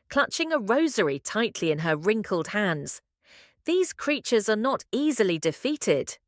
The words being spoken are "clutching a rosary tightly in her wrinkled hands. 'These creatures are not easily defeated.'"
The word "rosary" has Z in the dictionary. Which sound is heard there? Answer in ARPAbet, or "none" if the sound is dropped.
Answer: Z